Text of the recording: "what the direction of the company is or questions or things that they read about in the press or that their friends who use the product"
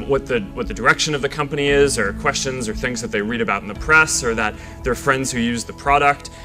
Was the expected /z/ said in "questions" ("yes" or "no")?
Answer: yes